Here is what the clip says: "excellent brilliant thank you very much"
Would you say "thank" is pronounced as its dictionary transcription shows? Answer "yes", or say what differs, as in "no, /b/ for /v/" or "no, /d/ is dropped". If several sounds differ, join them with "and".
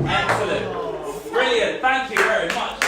yes